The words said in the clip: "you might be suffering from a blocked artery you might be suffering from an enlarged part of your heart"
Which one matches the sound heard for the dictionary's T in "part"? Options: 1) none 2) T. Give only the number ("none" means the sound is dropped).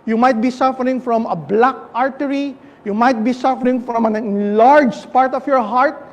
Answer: 2